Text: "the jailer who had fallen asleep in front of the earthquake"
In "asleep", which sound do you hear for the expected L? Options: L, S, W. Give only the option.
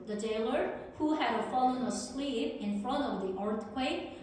L